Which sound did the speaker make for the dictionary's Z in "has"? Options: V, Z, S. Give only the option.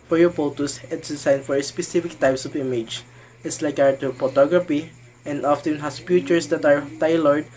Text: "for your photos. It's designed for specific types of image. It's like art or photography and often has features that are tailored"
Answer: S